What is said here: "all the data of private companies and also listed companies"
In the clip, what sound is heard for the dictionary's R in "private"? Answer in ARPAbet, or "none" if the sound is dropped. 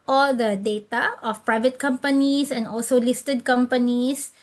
R